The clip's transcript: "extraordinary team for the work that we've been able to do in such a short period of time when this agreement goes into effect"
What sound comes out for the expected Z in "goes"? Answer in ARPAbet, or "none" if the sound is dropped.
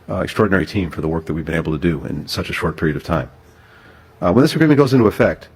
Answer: Z